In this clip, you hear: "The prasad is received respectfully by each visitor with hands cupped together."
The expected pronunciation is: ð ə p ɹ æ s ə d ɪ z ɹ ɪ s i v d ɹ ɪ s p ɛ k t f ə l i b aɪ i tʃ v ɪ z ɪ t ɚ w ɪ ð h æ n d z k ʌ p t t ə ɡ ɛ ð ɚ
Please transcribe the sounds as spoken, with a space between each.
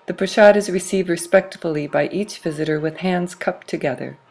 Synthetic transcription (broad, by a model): ð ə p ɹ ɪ ʃ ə d ɪ z ɹ ɪ s i v d ɹ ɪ s p ɛ k t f l i b aɪ i tʃ v ɪ z ɪ t ɚ w ɪ ð h æ n d z k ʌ p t t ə ɡ ɛ ð ɚ